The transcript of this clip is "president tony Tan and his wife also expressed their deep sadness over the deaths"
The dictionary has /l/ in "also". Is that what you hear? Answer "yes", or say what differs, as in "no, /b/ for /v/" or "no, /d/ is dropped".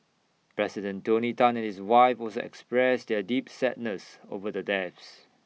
no, /l/ is dropped